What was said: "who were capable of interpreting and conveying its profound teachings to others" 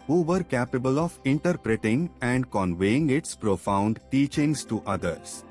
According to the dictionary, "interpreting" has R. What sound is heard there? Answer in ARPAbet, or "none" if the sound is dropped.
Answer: R